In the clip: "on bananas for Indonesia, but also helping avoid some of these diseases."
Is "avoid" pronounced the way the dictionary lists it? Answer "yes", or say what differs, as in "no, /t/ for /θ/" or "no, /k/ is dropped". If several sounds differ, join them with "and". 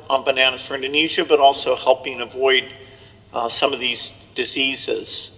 yes